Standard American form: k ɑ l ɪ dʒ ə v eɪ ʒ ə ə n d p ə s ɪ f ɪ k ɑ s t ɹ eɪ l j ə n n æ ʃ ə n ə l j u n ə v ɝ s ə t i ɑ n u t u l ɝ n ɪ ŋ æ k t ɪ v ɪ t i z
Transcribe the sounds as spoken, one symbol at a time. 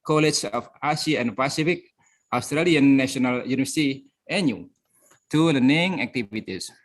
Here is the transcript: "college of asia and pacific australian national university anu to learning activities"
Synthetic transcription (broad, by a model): k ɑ l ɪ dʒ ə f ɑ s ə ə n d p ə s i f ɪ k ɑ s t ɹ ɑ l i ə n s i ə n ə l j u n ə v ɝ s ə t i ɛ n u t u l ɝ n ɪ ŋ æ k t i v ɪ t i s